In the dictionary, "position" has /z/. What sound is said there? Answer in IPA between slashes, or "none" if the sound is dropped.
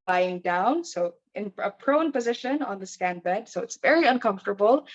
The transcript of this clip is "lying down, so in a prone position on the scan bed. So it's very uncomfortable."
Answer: /z/